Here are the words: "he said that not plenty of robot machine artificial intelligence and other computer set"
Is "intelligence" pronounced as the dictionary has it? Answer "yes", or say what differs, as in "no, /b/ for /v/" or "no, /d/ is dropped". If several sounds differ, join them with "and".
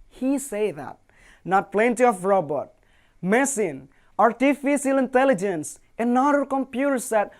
yes